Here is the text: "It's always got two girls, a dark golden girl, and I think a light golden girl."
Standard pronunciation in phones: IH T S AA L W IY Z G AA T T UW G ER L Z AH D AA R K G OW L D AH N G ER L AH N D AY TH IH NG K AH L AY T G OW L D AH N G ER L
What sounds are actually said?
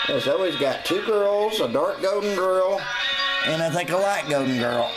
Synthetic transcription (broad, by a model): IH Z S AA L W IY Z G AA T T UW G ER L Z AH D AA R K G OW D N G ER L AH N AY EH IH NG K AH L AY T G OW D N G ER L